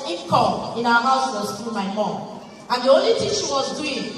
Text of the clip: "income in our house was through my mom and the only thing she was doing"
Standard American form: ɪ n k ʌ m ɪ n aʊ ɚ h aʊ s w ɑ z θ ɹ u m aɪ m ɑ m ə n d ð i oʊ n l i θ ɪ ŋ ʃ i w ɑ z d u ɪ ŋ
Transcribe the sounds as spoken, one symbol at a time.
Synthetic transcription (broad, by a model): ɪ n k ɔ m ɪ n aʊ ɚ h aʊ s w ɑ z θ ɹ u m aɪ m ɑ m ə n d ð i oʊ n l i t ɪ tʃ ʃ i w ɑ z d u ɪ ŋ